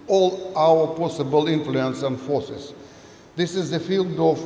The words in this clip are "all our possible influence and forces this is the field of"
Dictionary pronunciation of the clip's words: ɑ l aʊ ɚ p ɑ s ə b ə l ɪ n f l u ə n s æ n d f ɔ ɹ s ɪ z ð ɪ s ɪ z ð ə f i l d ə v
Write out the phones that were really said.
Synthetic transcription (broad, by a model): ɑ l aʊ ɚ p ɑ s ə b ə l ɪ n f l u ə n s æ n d f ɔ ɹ s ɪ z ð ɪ s ɪ z ð ə f i l d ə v